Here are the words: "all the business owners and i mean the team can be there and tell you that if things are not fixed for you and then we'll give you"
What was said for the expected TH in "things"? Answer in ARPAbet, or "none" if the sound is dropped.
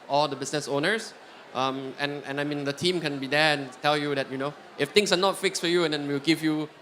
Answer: T